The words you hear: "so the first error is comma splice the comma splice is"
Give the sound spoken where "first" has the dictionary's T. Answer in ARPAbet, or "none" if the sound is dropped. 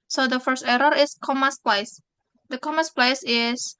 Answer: T